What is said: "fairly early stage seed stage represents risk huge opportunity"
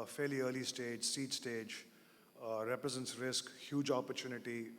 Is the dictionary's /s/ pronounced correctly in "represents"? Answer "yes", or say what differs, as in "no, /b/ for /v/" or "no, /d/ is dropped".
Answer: yes